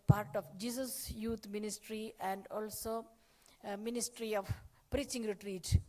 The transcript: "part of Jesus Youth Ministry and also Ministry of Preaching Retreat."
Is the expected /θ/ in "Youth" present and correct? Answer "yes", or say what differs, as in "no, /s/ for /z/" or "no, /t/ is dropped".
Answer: no, /t/ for /θ/